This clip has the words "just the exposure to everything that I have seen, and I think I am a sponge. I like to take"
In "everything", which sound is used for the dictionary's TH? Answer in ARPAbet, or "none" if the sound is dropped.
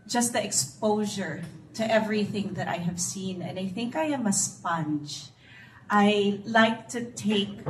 TH